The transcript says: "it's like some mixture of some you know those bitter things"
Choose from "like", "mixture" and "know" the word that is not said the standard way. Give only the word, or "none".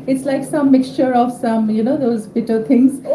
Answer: none